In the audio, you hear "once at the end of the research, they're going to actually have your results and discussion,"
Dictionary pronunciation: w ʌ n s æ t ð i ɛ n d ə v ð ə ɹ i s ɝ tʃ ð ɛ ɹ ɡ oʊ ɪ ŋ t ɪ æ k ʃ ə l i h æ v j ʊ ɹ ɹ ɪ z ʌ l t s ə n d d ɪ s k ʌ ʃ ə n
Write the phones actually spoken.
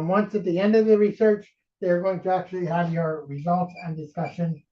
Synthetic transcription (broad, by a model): w ʌ n s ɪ t ð i ɛ n d ə v ð ə ɹ i s ɝ tʃ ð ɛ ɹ ɡ oʊ ɪ ŋ t ɪ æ k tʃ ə l i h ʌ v j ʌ ɹ ɹ ɪ z ʌ l t s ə n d d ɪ s k ʌ ʃ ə n